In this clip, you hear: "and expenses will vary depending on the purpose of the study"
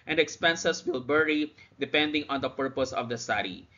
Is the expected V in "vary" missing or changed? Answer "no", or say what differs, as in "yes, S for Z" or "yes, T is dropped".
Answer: yes, B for V